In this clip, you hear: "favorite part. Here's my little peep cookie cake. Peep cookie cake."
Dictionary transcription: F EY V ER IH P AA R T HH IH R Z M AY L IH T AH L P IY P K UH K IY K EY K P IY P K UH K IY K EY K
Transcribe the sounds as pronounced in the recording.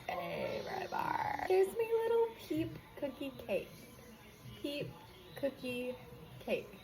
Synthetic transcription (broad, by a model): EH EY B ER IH B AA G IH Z M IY L IH T L P IY P K UH K IY K EY K P IY P K UH K IY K EY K